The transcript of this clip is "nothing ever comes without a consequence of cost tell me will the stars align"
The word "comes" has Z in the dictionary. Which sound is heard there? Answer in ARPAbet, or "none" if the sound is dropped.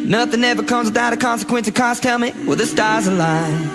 Z